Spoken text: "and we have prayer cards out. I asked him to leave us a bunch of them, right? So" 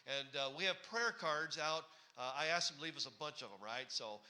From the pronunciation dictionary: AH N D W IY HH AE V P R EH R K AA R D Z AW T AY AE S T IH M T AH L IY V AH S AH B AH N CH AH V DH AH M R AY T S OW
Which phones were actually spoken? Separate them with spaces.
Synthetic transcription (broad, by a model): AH N W IY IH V P R EH R K AA R D Z AW T AY AE S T IH M L IY V AH S AH B AH N CH AH V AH M R AY T S OW